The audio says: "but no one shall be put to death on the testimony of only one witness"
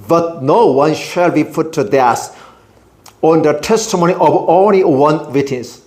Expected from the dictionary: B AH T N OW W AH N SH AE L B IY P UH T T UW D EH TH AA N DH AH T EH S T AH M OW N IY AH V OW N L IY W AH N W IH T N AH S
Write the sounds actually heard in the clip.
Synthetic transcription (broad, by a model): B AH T N OW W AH N SH AE L B IY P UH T T UW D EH S AA N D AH T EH S T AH M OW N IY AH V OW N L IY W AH N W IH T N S